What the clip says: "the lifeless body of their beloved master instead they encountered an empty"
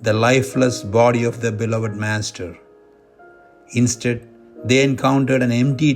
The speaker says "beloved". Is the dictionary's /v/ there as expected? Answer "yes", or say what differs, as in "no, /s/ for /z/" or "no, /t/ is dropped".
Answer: yes